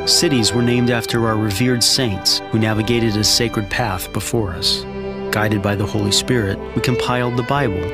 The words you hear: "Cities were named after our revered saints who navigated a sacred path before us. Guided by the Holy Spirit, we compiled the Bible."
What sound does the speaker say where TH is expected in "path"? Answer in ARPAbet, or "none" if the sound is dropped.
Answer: TH